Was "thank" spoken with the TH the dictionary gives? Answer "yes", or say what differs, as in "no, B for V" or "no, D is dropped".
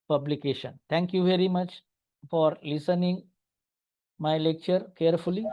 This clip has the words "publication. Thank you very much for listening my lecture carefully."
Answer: no, T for TH